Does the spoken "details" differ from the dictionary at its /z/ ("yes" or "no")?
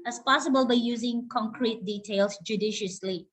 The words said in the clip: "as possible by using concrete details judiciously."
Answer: yes